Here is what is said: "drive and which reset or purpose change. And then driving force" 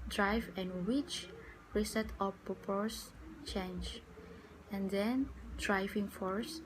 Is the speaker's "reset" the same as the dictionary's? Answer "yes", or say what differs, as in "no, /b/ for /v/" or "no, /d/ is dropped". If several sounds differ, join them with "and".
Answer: yes